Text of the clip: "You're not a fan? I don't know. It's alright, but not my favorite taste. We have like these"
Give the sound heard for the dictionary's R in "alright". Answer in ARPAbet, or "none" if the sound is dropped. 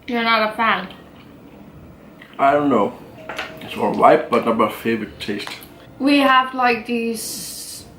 L